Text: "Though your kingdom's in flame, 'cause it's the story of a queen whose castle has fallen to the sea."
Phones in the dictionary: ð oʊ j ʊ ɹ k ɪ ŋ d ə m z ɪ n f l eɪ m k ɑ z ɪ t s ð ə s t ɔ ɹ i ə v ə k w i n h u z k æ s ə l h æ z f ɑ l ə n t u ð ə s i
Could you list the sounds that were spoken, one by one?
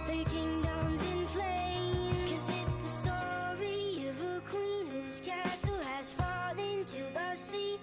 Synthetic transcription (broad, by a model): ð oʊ k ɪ ŋ d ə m z ɪ n p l eɪ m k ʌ z ɪ t s ð ə s t ɔ ɹ i ə v ə k w i n h u z k æ s l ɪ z f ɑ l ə n t u ð ə s i